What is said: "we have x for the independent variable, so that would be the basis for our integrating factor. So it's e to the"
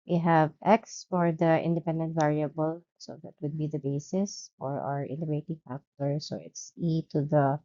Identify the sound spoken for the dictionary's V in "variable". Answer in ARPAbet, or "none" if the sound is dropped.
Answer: V